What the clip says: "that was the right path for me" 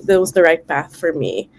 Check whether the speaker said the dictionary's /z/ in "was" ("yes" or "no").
yes